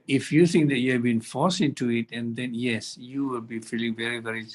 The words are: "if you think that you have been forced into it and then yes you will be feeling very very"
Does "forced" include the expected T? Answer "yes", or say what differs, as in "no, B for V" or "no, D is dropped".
no, T is dropped